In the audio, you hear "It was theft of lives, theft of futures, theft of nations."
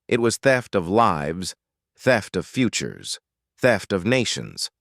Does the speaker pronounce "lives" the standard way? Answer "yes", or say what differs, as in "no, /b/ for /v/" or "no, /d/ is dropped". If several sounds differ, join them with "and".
yes